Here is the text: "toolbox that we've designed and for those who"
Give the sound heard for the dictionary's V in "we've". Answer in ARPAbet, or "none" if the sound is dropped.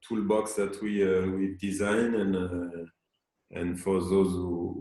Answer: W